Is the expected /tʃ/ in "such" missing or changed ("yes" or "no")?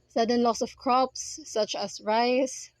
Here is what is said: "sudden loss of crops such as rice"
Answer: no